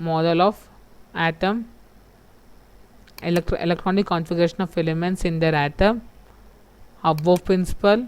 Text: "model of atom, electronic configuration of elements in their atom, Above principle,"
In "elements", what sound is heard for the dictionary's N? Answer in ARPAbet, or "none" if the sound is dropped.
N